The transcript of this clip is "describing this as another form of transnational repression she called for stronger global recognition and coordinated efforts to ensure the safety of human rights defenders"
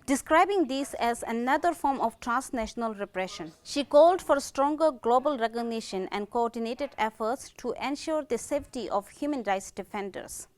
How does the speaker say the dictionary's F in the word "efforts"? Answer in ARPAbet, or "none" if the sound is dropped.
F